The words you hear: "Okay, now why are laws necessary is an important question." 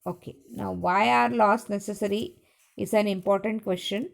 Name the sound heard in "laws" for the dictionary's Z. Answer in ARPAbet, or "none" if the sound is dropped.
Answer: S